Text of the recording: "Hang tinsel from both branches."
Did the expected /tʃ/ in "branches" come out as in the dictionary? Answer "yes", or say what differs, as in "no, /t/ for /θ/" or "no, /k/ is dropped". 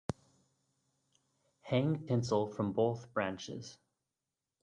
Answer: yes